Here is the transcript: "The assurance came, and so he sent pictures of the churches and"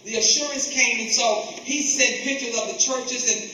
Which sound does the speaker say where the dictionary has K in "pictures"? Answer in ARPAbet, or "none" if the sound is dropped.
none